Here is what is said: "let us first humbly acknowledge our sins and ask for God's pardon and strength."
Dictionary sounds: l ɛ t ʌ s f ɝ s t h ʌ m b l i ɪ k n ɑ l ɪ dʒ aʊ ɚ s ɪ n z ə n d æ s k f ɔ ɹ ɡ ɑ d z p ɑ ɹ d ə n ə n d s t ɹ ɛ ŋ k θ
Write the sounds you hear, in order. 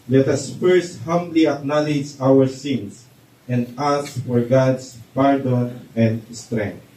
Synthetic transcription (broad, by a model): l ɛ t ʌ s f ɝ s t h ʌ m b l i ɪ k n ɑ l ɪ dʒ aʊ ɚ s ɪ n s ə n d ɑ s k f ɔ ɹ ɡ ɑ d s p ɑ ɹ d ə n ə n d s t ɹ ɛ ŋ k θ